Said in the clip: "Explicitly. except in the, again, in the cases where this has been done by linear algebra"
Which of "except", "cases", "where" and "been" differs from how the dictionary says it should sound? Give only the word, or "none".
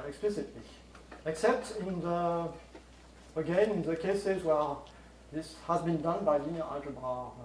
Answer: none